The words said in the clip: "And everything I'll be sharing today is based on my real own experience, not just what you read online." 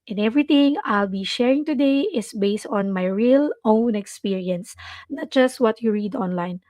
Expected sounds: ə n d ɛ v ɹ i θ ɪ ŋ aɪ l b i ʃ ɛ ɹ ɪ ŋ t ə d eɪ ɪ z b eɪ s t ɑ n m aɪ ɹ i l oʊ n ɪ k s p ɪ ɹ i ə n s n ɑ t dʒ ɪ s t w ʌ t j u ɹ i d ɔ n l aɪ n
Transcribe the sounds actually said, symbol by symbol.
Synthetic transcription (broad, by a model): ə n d ɛ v ɹ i t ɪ ŋ aɪ l b i ʃ ɛ ɹ ɪ ŋ t ə d eɪ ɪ s b eɪ s t ɑ n m aɪ ɹ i l oʊ n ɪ k s p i ɹ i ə n s n ɑ t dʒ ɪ s t w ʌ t j u ɹ i d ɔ n l aɪ n